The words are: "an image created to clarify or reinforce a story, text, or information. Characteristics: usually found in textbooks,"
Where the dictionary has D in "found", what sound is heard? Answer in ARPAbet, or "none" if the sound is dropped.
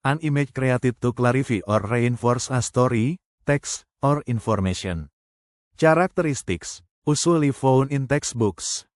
none